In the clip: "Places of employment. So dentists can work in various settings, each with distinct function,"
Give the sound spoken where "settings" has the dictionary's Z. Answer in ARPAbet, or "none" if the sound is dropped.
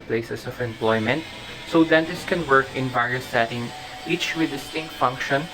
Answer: none